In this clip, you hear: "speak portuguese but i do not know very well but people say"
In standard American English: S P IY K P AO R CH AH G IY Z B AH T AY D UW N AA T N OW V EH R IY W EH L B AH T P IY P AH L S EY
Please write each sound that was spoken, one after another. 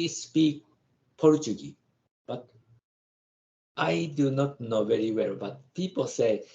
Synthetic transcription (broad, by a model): S P IY K P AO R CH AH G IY B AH T AY D UW N AA T N OW V EH R IY W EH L B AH T P IY P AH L S EY